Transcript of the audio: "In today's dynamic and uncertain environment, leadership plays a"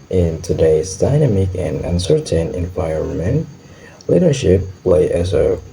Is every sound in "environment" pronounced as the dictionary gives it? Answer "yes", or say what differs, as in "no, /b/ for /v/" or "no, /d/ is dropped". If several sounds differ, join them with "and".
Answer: no, /ɹ/ is dropped